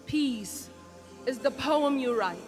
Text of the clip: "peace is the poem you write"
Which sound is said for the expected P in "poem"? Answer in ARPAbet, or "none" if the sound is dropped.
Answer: P